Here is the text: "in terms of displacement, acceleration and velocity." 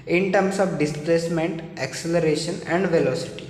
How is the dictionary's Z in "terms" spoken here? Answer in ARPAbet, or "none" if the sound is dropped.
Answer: S